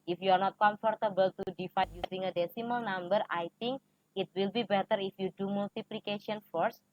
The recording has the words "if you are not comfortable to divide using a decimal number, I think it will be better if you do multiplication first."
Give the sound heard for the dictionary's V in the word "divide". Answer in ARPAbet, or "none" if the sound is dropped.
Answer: F